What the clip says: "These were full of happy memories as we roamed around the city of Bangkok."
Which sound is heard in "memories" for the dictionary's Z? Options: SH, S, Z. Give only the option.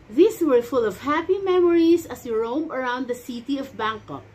S